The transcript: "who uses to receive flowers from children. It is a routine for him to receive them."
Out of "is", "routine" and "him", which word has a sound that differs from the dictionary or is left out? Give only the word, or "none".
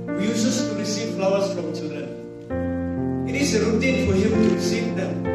is